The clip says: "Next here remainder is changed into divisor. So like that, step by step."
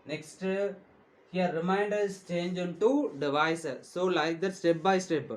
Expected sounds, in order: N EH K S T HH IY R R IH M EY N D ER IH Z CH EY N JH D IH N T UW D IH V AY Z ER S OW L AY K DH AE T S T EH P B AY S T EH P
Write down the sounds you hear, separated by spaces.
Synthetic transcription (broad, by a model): N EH K S T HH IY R R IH M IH N D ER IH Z CH EY N JH IH N T UW D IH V AY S S OW L AY K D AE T S T EH P B AY S T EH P